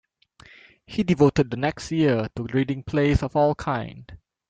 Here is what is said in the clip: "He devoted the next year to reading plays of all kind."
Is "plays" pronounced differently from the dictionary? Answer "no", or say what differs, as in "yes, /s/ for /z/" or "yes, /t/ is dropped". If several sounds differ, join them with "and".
yes, /s/ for /z/